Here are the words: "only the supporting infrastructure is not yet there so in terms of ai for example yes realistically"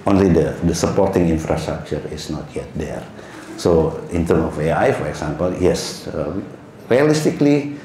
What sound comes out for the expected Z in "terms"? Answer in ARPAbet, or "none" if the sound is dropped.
none